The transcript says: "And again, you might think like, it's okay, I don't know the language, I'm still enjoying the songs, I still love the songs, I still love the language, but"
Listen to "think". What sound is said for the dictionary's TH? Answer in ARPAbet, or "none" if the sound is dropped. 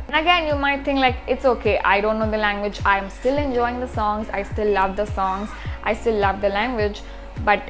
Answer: T